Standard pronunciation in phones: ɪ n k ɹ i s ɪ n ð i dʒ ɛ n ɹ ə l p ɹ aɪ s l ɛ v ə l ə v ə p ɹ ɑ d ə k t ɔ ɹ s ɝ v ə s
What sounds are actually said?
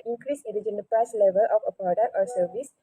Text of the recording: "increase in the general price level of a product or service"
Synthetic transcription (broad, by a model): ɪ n k ɹ i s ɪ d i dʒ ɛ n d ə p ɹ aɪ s l ɛ v ə l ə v ə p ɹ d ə t ɔ ɹ s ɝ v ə s